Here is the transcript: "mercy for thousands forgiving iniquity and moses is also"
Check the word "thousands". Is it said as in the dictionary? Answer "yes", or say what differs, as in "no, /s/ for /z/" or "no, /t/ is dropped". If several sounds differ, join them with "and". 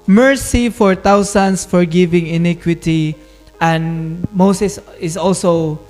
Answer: no, /t/ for /θ/ and /s/ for /z/ and /s/ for /z/